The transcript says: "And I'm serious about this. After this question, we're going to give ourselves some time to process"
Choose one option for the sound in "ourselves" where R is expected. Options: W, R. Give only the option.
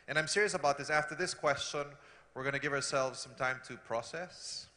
R